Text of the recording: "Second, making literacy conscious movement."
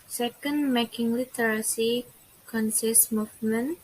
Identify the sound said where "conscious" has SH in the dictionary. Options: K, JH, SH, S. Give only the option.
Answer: S